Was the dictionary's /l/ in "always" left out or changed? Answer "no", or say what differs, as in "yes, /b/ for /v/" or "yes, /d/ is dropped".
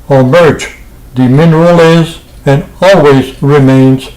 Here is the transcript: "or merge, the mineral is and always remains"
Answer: no